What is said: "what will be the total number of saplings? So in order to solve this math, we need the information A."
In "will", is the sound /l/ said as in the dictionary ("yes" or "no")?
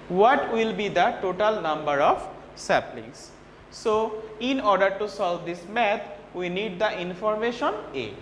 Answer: yes